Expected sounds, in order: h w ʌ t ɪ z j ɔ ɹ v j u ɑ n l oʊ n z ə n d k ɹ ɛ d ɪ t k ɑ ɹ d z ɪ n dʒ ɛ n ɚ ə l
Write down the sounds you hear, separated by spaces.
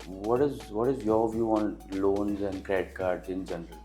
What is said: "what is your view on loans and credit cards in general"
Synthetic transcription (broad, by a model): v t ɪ t ɪ z j ɔ ɹ v j u ɑ n l oʊ n z ə n d k ɹ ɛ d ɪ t k ɑ ɹ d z ɪ n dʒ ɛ n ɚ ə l